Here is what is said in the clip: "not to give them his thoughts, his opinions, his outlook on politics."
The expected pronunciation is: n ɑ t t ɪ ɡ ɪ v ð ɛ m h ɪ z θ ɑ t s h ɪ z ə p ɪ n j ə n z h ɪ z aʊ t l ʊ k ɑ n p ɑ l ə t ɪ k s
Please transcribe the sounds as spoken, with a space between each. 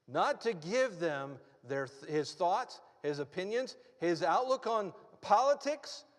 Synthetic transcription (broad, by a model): n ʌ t t ɪ ɡ ɪ v ð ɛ m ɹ ɪ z θ ɑ t s h ɪ z ə p ɪ n j ə n z h ɪ z aʊ t l ʊ k n p ɑ l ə t ɪ k s